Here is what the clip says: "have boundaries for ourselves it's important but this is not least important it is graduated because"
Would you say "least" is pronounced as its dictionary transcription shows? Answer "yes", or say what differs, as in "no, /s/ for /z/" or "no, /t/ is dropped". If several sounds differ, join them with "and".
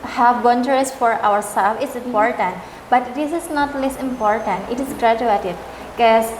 no, /t/ is dropped